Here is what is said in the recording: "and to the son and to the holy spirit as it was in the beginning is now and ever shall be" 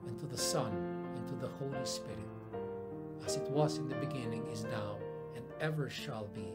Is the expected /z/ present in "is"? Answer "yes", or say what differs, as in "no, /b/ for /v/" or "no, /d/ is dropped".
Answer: yes